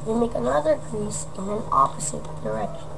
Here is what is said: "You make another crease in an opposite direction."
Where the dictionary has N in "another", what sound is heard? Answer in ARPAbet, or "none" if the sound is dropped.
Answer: N